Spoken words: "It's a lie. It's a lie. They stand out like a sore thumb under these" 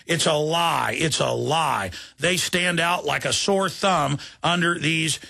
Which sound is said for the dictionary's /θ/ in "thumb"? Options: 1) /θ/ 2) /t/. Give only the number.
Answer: 1